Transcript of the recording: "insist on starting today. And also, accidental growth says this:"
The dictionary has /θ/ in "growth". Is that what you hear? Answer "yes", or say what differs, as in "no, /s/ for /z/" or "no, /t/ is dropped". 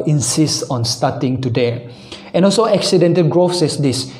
no, /f/ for /θ/